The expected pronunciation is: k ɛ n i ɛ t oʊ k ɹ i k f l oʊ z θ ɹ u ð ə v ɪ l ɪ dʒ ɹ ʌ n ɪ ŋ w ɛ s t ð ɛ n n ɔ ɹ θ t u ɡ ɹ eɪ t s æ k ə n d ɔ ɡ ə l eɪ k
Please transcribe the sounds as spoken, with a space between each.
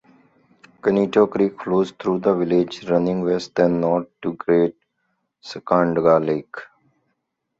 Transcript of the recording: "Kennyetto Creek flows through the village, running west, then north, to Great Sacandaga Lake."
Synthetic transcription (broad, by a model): k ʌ n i t oʊ k ɹ i k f l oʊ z t ɹ u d ə v ɪ l ɪ dʒ ɹ ʌ n ɪ ŋ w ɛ s t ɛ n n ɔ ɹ t u ɡ ɹ eɪ t s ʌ k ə n d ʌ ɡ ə l eɪ k